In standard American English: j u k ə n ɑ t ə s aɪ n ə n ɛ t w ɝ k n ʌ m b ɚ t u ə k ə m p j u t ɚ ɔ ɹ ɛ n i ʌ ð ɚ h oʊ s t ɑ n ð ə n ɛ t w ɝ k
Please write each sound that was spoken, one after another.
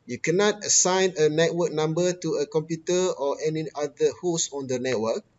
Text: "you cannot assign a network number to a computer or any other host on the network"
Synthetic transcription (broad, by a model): j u k ə n ɑ t ə s aɪ n ə n ɛ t w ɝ k n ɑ m b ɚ t u ə k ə m p j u t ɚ ɔ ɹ ɛ n i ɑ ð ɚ h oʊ s ɑ n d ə n ɛ t w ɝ k